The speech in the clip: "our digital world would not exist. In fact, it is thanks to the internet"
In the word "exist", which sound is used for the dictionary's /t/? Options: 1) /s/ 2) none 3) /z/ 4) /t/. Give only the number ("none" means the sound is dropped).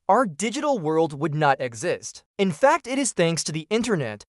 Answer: 4